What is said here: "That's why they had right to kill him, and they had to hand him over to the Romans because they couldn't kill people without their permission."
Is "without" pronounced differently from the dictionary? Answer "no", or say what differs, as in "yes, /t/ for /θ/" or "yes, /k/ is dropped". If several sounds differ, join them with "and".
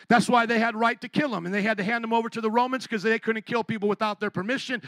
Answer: no